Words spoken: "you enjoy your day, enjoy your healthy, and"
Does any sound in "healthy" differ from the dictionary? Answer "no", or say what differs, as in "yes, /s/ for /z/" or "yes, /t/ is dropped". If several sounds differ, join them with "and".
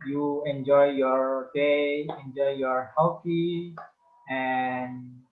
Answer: yes, /f/ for /θ/